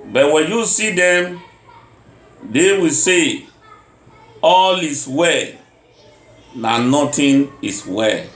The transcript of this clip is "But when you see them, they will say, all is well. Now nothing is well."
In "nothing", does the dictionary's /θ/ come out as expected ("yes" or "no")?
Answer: no